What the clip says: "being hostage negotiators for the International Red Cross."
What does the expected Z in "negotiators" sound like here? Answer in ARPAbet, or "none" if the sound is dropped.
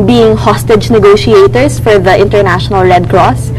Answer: S